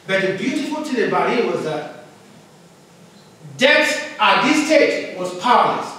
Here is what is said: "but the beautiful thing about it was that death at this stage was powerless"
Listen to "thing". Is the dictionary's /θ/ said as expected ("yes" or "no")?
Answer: no